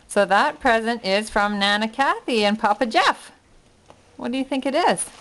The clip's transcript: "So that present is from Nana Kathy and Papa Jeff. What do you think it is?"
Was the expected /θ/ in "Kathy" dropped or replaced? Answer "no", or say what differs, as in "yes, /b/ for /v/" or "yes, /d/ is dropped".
no